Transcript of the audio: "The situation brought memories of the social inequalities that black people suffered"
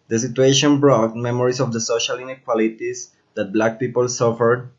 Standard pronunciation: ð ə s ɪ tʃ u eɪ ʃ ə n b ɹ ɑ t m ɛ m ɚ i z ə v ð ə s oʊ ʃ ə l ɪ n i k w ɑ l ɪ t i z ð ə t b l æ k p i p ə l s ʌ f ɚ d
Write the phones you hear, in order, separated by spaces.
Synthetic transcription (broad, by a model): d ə s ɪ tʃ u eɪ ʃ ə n b ɹ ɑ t m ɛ m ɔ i s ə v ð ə s oʊ ʃ ə l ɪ n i k w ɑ l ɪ t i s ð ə t b l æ k p i p ə l s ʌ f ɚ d